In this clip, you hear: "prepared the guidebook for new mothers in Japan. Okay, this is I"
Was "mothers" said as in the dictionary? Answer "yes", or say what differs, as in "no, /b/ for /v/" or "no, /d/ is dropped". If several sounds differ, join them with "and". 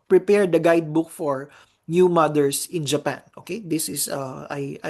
no, /s/ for /z/